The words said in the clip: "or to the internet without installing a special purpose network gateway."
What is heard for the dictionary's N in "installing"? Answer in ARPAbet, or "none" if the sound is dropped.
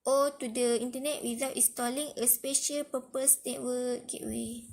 none